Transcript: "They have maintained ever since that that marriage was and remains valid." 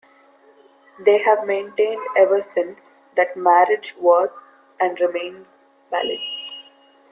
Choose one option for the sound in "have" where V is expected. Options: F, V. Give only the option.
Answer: V